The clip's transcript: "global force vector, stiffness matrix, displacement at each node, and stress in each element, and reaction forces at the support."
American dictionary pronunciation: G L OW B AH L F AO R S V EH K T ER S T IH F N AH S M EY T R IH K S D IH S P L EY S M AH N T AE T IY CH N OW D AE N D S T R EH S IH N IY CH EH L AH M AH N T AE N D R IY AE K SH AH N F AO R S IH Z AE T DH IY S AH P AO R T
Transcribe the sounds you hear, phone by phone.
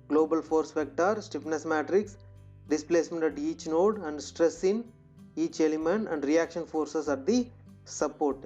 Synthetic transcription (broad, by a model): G L OW B AH L F AO R S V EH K T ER S T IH P N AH S M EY T R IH K S D IH S P L EY S M AH N T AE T IY CH N OW D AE N D S T R EH S IH N IY CH EH L AH M AH N T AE N D R IY AE K SH AH N F AO R S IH S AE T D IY S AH P AO R T